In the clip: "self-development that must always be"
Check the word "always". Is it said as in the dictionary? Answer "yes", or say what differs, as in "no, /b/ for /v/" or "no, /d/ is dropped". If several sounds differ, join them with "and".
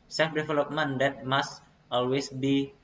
no, /s/ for /z/